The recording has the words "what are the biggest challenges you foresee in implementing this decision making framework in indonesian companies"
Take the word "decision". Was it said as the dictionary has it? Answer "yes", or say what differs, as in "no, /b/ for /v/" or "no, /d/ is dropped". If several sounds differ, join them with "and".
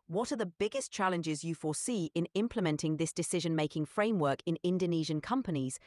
yes